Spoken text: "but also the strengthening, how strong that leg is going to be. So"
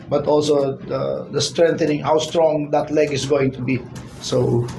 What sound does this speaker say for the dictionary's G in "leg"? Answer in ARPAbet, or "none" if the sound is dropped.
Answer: G